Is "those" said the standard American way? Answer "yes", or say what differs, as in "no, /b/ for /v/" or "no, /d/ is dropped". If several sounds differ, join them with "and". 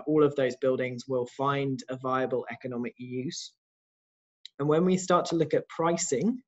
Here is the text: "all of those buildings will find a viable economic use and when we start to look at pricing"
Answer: yes